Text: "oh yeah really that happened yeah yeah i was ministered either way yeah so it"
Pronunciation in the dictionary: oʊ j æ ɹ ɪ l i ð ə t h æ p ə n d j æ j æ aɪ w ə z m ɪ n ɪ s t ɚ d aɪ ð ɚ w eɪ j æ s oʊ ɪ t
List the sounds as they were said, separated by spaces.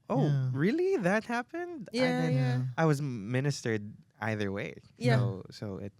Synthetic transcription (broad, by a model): oʊ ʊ ɹ ɪ l i ð ə t h æ p ə n d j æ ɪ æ aɪ w ə z m ɪ n ɪ s t ɚ d aɪ ð ɚ w eɪ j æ s oʊ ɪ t